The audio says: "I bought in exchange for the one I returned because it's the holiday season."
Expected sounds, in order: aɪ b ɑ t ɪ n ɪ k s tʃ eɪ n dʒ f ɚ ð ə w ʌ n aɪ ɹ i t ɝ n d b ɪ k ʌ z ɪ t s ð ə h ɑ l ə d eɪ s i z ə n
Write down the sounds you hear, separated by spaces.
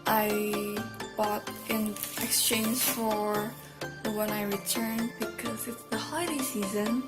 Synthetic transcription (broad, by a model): aɪ b ɑ t ɪ n ɪ k s tʃ eɪ n dʒ f ɚ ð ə w ʌ n aɪ ɹ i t ɝ n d b ɪ k ʌ z ɪ t s ð ə h ɑ ə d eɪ s i z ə n